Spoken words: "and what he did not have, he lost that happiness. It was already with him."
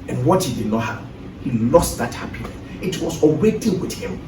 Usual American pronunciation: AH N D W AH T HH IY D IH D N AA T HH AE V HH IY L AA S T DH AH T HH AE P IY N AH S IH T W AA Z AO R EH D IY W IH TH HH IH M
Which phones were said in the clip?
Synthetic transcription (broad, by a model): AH N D W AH T HH IY D IH D N AA T HH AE P HH IY L AA S T DH AH T HH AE P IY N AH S IH T W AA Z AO W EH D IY W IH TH HH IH M